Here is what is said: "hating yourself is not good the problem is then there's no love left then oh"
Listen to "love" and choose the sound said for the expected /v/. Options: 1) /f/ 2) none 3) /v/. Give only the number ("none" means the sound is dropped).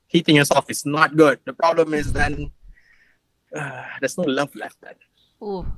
1